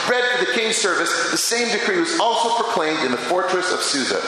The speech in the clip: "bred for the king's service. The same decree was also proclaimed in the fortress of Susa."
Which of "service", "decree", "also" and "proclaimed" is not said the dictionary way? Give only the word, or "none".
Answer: none